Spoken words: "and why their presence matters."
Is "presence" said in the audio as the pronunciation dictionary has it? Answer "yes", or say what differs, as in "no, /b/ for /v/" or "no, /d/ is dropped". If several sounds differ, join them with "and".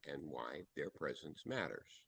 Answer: yes